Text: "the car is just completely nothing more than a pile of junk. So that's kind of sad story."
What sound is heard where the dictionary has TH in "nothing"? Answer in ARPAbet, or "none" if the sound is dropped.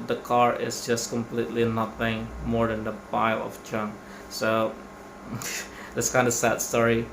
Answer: F